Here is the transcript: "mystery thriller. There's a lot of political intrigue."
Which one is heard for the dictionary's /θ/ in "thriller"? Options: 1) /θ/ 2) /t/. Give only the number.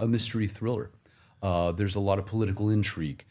1